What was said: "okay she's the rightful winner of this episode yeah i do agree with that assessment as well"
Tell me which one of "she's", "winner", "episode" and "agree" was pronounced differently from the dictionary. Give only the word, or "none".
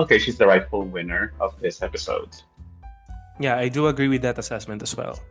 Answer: none